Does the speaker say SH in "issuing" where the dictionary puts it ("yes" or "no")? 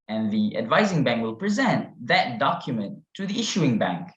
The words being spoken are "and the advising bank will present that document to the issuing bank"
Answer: yes